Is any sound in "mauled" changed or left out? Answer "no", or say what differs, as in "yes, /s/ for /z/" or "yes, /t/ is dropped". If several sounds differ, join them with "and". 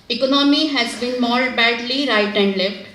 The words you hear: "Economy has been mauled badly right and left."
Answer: yes, /l/ is dropped